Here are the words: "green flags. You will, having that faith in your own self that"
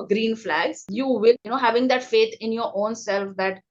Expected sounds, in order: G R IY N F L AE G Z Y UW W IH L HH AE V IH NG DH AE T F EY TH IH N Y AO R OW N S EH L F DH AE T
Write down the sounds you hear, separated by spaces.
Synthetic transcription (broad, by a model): G R IY N F L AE G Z Y UW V IH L HH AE V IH NG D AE T F EY T IH N Y AO R OW N S EH L F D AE T